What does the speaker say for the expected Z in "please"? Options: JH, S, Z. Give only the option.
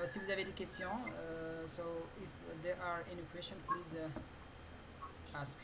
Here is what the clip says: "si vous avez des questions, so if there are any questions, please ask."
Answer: Z